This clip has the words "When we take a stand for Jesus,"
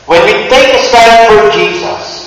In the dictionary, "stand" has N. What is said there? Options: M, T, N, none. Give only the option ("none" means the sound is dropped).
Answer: none